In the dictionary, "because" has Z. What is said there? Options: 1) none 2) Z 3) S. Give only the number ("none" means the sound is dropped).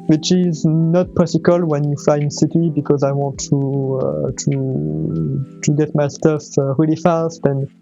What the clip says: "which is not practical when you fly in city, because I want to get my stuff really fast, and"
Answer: 2